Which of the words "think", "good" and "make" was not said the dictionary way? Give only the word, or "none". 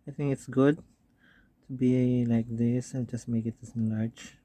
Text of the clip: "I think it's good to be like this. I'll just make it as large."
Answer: think